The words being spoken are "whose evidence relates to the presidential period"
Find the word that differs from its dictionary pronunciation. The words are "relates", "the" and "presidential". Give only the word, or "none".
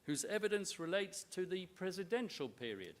none